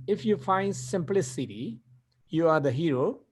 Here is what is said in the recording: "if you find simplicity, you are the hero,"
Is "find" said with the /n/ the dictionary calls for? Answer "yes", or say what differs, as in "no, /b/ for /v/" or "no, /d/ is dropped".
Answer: yes